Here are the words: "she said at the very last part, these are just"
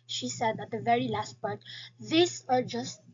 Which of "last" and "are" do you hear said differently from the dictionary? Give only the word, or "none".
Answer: none